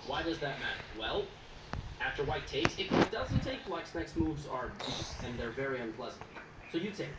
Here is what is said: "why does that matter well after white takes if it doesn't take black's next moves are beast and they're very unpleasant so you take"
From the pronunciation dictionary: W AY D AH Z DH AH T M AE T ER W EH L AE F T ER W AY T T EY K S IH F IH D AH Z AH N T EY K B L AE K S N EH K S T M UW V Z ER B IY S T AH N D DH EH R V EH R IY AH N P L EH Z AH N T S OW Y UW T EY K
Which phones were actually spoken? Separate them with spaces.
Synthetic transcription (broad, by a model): W AY D AH Z DH AH T M AE T ER W EH L AE F T ER W AY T T EY K S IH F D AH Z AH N T EY K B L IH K S N EH K S T M UW V Z ER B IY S AH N DH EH R V EH R IY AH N P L EH Z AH N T S OW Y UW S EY